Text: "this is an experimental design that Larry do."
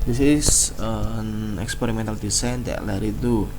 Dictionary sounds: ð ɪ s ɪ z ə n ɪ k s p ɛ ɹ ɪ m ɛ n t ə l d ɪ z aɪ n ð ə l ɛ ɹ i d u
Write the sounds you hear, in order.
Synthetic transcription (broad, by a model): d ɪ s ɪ s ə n ɪ k s p ɛ ɹ ɪ m ɛ n t ə l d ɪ s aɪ n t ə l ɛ ɹ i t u